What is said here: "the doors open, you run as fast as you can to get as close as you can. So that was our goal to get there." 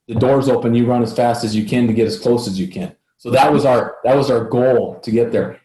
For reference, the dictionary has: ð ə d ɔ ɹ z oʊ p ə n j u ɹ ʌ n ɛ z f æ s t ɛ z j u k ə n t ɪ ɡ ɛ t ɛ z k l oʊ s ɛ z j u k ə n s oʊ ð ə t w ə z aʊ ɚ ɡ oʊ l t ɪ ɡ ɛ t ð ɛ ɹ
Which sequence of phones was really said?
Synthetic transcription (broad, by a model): ð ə d ɔ ɹ z oʊ p ə n j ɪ ɹ ʌ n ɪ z f æ s t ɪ z j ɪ k ə n t ɪ ɡ ɛ t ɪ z k l oʊ s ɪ z j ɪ k ə n s oʊ ð ə t w ə z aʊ ɚ ɡ oʊ l t ɪ ɡ ɛ t ð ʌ ɹ